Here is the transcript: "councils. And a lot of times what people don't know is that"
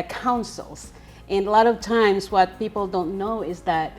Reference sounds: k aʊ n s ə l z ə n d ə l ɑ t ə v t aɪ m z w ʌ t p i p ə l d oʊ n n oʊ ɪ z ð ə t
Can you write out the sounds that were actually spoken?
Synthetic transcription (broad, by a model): k aʊ n s l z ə n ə l ɑ t ə v t aɪ m z w ʌ t p i p l d oʊ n n oʊ ɪ z ð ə t